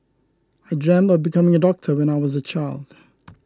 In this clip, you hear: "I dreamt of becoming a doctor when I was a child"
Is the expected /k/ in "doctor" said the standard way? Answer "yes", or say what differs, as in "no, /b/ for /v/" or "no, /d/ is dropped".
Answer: yes